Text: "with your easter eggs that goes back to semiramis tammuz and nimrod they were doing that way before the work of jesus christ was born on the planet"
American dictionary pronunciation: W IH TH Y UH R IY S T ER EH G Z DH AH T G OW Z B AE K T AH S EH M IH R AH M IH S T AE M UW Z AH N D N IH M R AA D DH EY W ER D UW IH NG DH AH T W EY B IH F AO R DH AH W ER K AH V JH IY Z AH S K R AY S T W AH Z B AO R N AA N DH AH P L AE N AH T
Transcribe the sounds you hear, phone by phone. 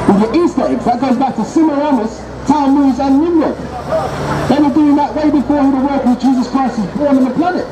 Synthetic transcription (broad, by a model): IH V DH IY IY S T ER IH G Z DH AH T G OW Z B AE K T AH S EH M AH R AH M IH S T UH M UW Z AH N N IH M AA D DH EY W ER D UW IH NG DH AH T W EY B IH F AO R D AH W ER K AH JH IY Z AH S K R AY S T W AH Z B AO R N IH N DH AH P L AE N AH T